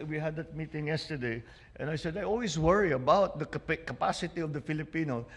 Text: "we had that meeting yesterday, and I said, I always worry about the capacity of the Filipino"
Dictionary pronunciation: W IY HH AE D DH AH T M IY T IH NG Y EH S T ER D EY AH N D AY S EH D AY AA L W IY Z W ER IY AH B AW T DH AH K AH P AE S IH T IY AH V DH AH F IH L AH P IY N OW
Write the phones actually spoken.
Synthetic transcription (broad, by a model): W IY HH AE D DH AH T M IY T IH NG Y EH S T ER D EY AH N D AY S EH D AY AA L W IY S W ER IY AH B AW T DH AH K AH P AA S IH T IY AH V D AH F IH L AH P IY N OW